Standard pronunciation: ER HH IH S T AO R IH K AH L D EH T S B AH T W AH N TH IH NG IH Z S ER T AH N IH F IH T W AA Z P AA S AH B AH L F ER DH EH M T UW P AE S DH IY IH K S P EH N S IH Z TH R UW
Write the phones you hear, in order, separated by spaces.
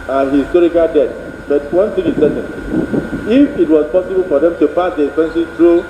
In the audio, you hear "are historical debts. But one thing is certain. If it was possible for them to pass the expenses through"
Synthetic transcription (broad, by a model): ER HH IH S T AO R IH K AH L D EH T B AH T W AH N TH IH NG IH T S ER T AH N IH F IH T W AA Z P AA S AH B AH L F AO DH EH M T UW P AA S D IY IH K S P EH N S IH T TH R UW